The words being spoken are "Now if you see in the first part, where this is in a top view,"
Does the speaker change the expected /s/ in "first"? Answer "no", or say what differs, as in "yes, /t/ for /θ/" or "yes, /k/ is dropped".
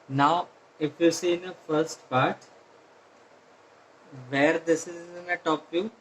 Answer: no